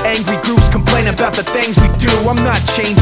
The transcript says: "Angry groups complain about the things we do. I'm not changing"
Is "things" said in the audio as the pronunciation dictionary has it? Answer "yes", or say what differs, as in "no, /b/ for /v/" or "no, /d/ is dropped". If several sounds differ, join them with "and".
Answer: yes